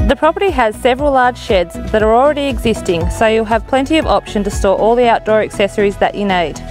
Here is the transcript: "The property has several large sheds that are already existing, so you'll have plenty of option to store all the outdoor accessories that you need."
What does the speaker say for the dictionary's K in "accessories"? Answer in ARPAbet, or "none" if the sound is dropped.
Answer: K